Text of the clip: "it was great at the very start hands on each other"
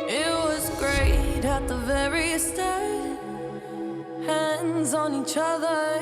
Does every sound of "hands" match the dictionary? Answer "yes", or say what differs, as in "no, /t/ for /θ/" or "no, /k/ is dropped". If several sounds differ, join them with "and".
yes